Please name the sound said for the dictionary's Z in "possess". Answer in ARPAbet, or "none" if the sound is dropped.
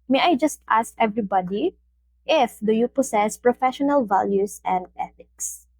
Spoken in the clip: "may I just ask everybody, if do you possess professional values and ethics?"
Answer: S